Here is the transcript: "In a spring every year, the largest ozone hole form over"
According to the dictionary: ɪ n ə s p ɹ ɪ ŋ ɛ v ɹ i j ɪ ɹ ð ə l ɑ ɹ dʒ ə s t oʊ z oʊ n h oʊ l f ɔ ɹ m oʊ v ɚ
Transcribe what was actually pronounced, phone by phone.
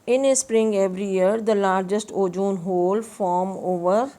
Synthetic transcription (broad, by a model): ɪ n ə s p ɹ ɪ ŋ ɛ v ɹ i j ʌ ɹ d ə l ɑ ɹ dʒ ə s t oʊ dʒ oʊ n h oʊ l f ɔ ɹ m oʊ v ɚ